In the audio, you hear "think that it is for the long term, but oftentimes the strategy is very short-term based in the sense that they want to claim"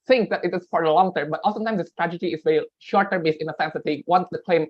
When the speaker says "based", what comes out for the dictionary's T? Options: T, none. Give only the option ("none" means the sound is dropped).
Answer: none